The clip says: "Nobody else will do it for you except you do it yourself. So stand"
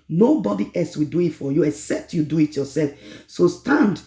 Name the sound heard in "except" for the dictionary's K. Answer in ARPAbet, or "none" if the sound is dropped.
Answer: K